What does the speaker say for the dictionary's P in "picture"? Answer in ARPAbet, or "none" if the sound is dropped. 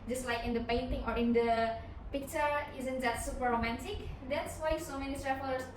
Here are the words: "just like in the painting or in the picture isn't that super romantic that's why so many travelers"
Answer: P